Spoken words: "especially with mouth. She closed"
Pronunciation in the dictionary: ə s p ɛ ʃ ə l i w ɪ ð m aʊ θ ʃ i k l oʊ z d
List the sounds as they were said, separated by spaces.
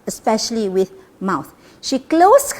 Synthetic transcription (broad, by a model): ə s p ɛ ʃ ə l i w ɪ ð m aʊ θ ʃ i k l oʊ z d